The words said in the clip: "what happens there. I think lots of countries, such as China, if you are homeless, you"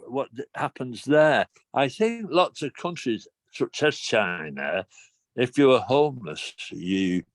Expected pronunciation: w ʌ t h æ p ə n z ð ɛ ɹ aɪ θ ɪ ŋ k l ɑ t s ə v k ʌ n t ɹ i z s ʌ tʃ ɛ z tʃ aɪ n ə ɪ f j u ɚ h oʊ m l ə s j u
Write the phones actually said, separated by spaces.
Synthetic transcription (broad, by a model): w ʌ t h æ p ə n z ð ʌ ɹ aɪ θ ɪ ŋ k l ɑ t s ə v k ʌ n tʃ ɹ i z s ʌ s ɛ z tʃ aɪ n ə ɪ f j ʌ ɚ h oʊ m l ə s j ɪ